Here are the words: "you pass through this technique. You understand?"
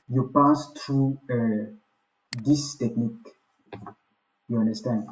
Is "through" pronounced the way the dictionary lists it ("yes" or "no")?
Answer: no